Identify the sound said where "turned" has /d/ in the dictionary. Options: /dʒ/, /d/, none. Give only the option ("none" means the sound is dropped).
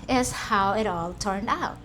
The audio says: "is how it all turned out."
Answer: /d/